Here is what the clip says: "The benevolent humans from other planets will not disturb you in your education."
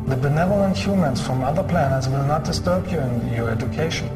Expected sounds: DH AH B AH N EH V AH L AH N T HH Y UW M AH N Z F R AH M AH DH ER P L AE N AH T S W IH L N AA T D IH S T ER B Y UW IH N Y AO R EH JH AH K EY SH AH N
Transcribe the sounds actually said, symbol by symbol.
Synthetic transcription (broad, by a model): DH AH B AH N EH V AH L AH N T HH Y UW M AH N S F R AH M AH DH ER P L AE N AH T S W IH L N AA T D IH S T ER B Y UW IH N Y AO R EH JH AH K EY SH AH N